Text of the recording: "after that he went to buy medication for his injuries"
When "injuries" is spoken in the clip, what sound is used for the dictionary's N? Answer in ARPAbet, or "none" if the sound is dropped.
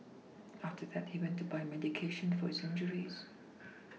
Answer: N